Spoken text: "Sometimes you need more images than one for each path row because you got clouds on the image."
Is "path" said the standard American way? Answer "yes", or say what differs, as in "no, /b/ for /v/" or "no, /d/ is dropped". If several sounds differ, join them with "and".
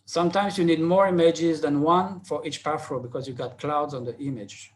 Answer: no, /f/ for /θ/